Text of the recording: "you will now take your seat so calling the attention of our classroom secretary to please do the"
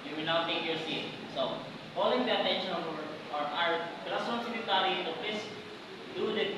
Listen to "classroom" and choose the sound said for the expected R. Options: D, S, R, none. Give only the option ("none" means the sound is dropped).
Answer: none